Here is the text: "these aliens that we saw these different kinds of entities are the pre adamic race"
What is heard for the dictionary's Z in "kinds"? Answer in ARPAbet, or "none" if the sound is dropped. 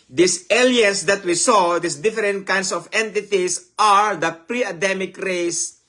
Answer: S